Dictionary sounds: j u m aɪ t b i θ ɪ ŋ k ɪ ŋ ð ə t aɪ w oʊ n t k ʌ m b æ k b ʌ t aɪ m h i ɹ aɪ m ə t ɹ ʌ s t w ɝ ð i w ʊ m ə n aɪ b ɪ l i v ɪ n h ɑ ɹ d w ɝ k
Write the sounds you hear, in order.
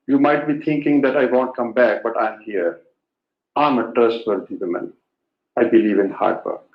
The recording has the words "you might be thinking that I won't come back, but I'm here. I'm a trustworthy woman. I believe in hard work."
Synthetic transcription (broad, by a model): j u m aɪ t b i t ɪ ŋ k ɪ ŋ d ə t aɪ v oʊ n t k ʌ m b æ k b ʌ t aɪ m h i ɹ aɪ m ə t ɹ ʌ s t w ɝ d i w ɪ m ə n aɪ b ɪ l i v ɪ n h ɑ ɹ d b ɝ